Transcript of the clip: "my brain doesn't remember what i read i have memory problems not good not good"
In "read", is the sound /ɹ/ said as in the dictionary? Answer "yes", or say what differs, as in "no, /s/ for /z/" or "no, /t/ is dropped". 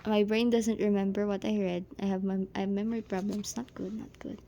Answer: yes